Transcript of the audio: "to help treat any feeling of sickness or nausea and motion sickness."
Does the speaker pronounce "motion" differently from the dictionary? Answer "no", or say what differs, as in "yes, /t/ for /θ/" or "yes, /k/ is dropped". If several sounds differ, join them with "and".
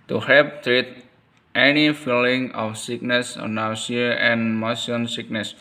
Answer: yes, /s/ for /ʃ/